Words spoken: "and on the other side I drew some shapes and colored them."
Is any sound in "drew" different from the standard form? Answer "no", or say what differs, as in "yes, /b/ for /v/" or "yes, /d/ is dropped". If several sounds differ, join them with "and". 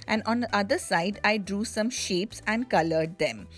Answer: no